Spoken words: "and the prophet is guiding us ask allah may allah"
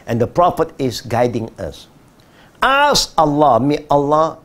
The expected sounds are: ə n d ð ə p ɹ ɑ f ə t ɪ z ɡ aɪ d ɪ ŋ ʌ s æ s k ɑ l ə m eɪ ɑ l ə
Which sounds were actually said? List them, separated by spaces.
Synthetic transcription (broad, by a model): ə n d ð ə p ɹ ɑ f ə t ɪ s ɡ aɪ d ɪ ŋ ʌ s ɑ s ɑ l ə m eɪ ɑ l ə